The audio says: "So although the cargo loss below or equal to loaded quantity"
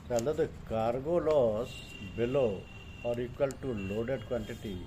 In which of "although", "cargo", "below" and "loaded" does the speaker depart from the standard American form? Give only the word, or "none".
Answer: although